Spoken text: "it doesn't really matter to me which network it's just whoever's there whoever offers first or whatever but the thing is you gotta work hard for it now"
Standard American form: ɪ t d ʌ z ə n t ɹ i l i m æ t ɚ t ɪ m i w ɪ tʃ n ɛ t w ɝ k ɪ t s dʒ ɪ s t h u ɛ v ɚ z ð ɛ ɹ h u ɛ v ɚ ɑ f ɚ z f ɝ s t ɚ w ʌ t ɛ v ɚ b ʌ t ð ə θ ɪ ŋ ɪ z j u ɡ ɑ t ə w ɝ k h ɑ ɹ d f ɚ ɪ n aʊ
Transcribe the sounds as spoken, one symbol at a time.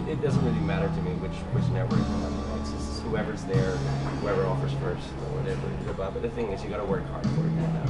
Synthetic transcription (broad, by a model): ɪ t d ʌ z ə n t ɹ i l i m æ t ɚ t ɪ m i w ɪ tʃ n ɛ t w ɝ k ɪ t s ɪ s h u ɛ v ɚ z ð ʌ ɹ h u ɛ v ɚ ɑ f ɚ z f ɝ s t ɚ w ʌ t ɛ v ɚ b ʌ t ð ə θ ɪ ŋ ɪ z j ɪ ɡ ɑ t ə w ɝ k h ɑ ɹ d f ɚ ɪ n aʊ